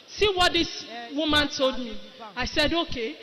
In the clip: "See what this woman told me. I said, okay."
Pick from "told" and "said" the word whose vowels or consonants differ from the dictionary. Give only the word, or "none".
none